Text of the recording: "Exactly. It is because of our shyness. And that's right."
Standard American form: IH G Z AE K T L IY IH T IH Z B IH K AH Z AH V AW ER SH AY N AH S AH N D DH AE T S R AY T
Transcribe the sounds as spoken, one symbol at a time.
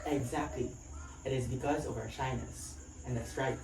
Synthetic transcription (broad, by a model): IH G Z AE K T L IY IH T IH Z B IH K AH Z AH V AW ER SH AY N AH S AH N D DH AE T S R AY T